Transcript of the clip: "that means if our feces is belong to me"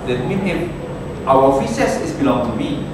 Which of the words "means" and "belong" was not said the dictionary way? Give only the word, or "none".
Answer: means